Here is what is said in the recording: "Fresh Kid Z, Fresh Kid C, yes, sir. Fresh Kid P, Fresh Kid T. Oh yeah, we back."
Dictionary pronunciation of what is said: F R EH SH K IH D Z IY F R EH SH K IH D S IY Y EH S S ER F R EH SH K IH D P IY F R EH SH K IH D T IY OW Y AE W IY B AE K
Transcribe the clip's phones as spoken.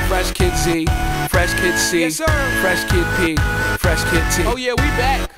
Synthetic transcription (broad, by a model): F R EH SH K IH D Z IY F R EH SH K IH D S IY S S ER F R EH SH K IH D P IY F R EH SH K IH D S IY OW Y AE W IY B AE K